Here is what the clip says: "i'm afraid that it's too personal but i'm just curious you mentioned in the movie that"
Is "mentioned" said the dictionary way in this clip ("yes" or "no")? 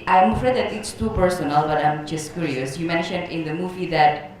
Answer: yes